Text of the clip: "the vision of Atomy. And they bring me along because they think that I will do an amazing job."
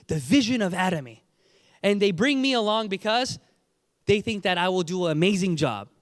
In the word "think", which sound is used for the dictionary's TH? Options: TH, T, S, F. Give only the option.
TH